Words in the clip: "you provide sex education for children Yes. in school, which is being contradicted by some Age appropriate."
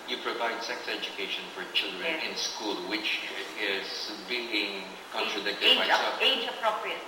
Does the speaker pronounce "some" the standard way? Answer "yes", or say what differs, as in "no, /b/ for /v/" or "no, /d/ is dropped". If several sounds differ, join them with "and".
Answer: no, /m/ is dropped